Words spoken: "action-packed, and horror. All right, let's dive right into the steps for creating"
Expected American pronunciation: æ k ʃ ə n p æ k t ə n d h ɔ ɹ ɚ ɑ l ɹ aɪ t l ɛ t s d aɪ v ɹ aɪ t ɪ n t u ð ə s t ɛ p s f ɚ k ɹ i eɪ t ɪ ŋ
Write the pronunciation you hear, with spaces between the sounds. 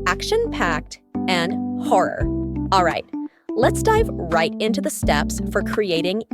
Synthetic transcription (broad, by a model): æ k ʃ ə n p æ k t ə n h ɔ ɹ ɚ ɑ l ɹ aɪ t l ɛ t s d aɪ v ɹ aɪ t ɪ n t u ð ə s t ɛ p s f ɚ k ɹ i eɪ t ɪ ŋ